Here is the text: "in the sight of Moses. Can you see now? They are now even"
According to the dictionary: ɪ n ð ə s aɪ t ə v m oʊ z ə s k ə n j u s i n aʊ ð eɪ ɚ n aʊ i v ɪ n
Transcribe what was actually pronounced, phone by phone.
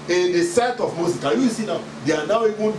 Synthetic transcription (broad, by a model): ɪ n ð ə s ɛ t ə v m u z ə k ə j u s i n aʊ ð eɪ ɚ n aʊ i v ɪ n